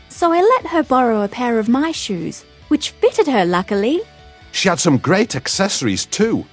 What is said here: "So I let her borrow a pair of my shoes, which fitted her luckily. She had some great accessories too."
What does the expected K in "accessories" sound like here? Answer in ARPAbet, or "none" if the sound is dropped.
K